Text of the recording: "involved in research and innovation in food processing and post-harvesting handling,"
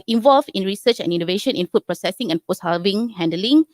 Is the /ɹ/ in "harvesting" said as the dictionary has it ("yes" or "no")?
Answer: no